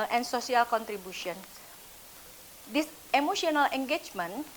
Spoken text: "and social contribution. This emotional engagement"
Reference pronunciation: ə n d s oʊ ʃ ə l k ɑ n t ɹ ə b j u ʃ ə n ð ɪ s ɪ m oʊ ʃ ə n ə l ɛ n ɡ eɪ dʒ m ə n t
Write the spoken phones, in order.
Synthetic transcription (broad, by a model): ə n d s oʊ s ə l k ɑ n t ɹ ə b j u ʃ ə n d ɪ s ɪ m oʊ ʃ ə n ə l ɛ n ɡ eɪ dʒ m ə n